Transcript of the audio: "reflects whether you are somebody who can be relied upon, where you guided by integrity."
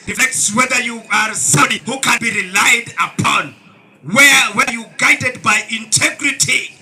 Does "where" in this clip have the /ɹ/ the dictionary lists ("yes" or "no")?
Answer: no